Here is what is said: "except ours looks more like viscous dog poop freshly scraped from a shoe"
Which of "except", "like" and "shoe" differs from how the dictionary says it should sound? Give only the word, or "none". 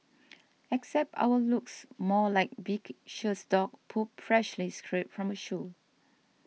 none